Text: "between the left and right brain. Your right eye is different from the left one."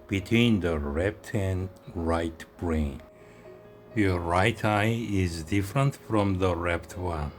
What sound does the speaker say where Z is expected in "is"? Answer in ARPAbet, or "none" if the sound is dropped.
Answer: Z